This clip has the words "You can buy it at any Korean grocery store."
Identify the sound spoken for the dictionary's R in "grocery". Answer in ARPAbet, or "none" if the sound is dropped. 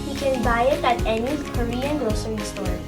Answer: none